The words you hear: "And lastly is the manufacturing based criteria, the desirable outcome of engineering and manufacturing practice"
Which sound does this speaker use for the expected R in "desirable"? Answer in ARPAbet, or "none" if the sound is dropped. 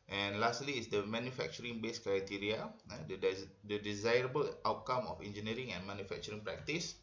R